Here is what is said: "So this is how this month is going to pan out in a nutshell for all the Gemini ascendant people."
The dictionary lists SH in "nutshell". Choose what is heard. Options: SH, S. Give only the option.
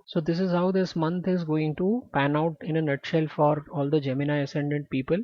SH